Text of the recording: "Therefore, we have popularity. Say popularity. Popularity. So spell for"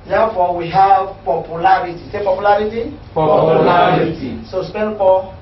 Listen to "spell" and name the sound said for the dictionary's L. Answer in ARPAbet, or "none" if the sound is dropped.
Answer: N